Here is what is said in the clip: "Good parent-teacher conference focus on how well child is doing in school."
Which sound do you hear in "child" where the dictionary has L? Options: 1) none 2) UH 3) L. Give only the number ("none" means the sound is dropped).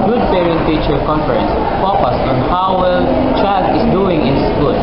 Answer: 1